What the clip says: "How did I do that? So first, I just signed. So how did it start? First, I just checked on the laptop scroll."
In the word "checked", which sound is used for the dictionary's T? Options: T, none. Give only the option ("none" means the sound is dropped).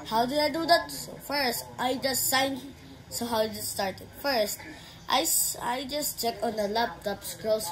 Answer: none